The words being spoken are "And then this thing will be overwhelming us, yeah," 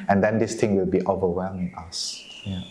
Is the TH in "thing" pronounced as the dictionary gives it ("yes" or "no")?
no